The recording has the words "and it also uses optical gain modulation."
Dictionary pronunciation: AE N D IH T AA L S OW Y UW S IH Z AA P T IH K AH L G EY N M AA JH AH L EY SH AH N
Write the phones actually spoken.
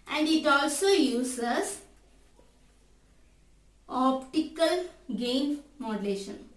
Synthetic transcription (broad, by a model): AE N D IH T AA L S OW Y UW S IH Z AA P T IH K AH L G EY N M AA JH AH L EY SH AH N